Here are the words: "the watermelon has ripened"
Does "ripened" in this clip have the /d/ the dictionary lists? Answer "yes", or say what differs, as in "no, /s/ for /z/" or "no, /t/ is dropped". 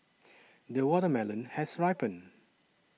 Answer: no, /d/ is dropped